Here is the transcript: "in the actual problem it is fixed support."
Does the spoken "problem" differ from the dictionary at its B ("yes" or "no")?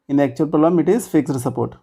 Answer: yes